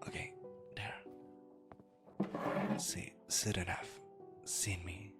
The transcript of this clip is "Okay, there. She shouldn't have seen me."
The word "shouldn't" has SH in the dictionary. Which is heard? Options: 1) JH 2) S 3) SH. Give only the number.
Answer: 2